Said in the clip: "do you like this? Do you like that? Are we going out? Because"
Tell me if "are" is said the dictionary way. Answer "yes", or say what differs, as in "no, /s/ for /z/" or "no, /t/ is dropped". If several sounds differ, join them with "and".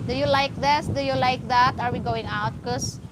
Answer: yes